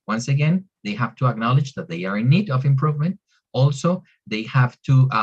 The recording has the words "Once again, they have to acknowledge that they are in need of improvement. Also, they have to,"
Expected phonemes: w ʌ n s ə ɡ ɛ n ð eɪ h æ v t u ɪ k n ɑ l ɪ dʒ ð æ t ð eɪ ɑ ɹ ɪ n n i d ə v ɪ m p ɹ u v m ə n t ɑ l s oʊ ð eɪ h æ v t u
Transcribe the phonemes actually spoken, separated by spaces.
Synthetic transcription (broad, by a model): w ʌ n s ə ɡ ɛ n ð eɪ h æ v t u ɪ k n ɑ l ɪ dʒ ð æ t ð eɪ ɑ ɹ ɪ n n i d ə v ɪ m p ɹ u v m ə n t ɑ l s oʊ ð eɪ h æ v t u